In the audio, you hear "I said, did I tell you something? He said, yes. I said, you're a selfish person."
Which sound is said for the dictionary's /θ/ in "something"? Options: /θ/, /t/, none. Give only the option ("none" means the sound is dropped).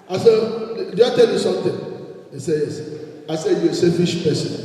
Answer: /t/